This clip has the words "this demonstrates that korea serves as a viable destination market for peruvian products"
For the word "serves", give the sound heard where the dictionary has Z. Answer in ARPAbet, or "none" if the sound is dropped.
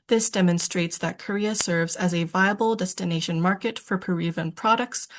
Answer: Z